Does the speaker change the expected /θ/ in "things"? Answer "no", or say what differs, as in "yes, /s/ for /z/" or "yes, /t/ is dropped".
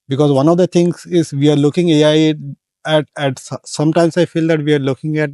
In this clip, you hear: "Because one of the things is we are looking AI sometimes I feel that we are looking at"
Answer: yes, /t/ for /θ/